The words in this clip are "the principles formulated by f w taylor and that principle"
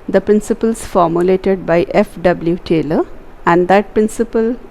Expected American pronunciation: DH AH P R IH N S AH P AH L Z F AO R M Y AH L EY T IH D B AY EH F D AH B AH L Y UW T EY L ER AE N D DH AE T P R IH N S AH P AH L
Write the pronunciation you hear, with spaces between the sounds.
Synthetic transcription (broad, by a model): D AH P R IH N S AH P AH L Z F AO R M Y AH L EY T IH D B AY EH F D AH B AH L Y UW T EY L ER AE N D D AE T P R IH N S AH P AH L